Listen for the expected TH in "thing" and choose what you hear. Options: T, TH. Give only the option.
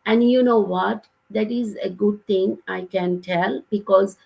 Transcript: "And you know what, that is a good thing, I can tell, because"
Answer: T